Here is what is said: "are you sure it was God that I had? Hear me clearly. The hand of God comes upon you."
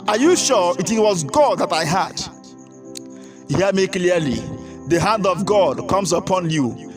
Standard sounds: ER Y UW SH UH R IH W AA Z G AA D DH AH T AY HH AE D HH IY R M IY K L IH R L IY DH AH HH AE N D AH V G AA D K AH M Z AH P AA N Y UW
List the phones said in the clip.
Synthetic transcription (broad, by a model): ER Y UW SH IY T IH W AA Z G AA D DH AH T AY HH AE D HH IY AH M IY K L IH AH L IY DH AH HH AE N D AH V G AA D K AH M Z AH P AA N Y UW